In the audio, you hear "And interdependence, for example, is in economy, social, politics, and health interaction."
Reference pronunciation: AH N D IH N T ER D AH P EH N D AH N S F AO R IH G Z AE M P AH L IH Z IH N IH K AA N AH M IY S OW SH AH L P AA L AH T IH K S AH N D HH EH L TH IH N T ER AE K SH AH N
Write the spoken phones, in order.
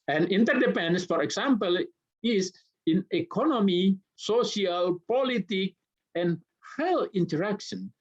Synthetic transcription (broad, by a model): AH N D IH N T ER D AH P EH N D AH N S F AO R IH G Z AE M P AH L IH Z IH N IH K AA N AH M IY S OW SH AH L P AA L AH T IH K AH N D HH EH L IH N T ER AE K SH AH N